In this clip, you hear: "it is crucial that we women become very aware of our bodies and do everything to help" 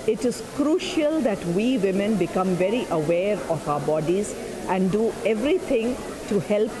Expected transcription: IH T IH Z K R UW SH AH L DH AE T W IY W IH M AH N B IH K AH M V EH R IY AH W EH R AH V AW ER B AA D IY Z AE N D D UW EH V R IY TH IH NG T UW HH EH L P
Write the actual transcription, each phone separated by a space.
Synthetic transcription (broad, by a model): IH T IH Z K R UW SH AH L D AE T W IY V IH M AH N B IH K AH M V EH R IY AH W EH R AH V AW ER B AA D IY Z AE N D D UW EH V R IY T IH NG T UW HH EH L P